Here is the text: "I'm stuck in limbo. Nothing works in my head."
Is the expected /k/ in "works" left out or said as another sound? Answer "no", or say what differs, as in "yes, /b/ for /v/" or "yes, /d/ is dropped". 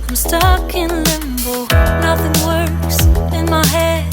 yes, /k/ is dropped